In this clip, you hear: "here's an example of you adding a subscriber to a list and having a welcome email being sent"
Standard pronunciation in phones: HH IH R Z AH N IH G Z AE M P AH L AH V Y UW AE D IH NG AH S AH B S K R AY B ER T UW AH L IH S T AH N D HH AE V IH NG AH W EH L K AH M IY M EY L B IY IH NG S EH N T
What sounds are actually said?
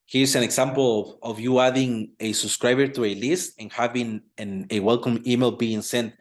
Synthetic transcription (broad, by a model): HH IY R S AH N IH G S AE M P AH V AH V Y UW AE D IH NG AH S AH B S K R AY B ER T UW AH L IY S T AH N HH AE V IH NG AH W EH L K AH M IY M EY L B IY IH NG S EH N T